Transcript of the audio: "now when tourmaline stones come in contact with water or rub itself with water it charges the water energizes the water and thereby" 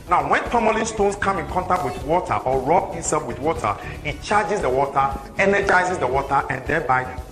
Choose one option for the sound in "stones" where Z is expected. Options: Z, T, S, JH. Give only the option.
S